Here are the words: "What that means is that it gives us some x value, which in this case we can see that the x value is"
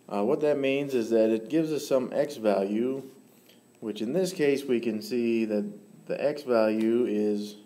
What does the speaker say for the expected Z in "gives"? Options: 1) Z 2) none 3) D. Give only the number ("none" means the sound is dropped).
1